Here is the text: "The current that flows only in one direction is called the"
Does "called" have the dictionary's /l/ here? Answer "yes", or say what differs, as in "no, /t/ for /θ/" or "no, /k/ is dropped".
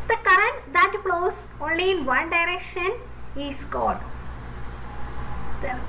no, /l/ is dropped